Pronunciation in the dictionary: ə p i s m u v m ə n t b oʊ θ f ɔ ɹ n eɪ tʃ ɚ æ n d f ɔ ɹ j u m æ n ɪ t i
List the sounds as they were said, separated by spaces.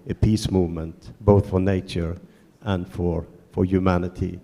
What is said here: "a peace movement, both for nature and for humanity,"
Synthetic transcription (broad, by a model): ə p i s m u v m ə n t b oʊ θ f ɔ ɹ n eɪ tʃ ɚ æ n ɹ f ɔ ɹ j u m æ n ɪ t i